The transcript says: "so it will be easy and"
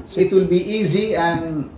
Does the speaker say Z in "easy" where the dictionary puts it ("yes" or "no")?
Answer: yes